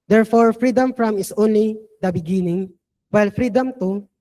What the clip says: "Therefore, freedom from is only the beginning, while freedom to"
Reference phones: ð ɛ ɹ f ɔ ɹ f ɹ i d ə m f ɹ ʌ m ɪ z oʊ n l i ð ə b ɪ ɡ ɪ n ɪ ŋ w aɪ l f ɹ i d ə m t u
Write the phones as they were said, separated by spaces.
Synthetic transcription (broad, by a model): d ɛ ɹ f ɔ ɹ f ɹ i d ə m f ɹ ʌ m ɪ s oʊ n l i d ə b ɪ ɡ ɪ n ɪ ŋ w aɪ l f ɹ i d ə m t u